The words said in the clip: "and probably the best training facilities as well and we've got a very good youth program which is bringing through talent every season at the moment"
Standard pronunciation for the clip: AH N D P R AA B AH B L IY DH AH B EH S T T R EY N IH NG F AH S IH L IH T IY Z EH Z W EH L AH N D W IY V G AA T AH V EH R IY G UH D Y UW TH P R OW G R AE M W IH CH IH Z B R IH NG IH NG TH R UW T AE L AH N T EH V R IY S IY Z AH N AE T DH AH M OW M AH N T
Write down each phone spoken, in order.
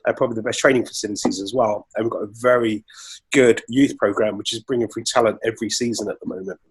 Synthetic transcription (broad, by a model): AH P R AA B AH B L IY DH AH B EH S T T R EY N IH NG F AH S IH L IH T IY Z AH Z W EH L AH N W IY V G AA T AH V EH R IY G UH D Y UW TH P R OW G R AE M W IH CH IH Z B R IH NG IH NG F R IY T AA L AH N T EH V R IY S IY Z AH N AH T DH AH M OW M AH N T